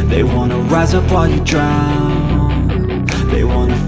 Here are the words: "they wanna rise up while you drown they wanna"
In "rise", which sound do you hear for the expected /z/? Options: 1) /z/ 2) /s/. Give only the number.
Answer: 1